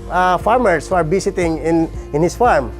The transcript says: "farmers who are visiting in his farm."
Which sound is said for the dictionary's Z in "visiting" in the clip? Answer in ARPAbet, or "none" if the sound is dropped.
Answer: S